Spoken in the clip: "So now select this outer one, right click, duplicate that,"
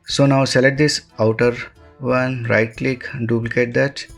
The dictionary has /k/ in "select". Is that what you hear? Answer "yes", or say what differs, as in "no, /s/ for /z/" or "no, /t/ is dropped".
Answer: no, /k/ is dropped